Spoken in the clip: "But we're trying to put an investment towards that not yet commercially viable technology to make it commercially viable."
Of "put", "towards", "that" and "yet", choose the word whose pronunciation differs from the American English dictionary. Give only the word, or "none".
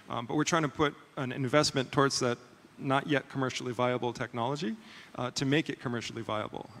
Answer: none